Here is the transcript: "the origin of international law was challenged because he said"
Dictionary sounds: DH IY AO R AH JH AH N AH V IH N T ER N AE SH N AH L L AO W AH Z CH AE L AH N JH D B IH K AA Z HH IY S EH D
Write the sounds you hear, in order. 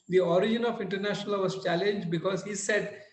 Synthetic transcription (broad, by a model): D IY AO R AH JH AH N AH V IH N T ER N AE SH N AH L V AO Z CH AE L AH N JH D B IH K AA Z HH IY S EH D